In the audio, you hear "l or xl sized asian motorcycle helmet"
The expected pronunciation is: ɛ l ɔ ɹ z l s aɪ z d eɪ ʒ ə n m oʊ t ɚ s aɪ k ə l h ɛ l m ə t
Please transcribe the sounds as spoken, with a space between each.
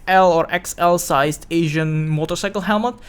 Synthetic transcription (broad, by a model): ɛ l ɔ ɹ s l s aɪ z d eɪ ʒ ə n m oʊ t ɚ s aɪ k ə l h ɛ l m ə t